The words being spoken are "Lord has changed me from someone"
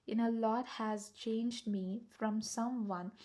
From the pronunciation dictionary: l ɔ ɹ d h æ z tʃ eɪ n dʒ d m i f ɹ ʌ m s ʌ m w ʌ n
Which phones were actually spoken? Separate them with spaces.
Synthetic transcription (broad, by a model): l ɔ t h æ z tʃ eɪ n dʒ d m i f ɹ ʌ m s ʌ m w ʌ n